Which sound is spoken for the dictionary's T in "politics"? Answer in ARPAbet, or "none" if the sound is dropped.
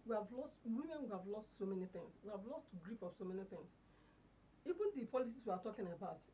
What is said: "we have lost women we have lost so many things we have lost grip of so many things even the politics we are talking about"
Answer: S